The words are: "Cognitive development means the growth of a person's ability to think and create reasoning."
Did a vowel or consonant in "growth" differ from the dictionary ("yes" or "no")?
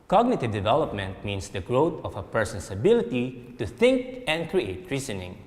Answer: yes